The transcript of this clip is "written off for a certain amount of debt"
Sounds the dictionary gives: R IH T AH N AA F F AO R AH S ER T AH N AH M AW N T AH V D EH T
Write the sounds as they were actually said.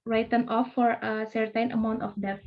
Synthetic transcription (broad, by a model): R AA T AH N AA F F AO R AH S ER T AH N AH M AW N T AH F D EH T